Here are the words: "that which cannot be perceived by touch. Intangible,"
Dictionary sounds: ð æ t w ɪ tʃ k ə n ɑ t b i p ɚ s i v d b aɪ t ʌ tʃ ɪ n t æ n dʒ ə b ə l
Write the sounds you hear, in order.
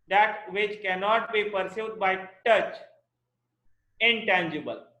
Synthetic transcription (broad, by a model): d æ t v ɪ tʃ k ə n ɑ t b i p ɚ s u d b aɪ t ʌ tʃ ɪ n t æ n dʒ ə b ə l